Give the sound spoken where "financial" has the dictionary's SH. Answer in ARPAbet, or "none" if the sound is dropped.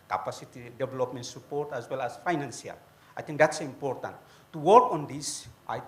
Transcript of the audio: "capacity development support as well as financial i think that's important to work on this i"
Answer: S